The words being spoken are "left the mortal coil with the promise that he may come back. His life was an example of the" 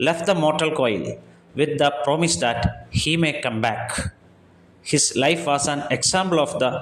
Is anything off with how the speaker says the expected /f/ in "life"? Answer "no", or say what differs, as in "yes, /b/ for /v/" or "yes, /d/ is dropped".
no